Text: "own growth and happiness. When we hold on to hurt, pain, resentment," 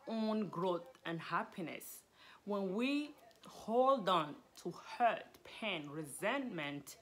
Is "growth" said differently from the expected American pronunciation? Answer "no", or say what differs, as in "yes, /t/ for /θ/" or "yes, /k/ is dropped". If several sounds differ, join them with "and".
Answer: no